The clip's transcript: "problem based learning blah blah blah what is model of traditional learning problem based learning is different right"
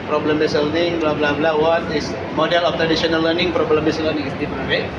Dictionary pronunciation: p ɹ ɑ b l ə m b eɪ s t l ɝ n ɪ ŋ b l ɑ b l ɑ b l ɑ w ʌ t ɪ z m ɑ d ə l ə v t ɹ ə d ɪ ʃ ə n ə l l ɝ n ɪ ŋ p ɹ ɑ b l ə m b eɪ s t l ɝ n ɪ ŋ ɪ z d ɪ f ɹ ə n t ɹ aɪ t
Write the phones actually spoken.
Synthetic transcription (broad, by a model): p ɹ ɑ b l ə m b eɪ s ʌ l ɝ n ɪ ŋ b l ɑ b l ɑ b l ɑ w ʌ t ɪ s m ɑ d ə l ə f t ɹ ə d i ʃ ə n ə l l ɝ n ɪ ŋ p ɹ ɑ b l ə m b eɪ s l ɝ n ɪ ŋ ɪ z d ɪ p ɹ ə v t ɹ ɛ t